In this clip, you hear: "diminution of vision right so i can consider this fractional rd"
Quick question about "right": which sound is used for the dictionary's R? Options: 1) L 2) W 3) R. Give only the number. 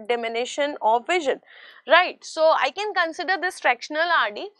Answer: 3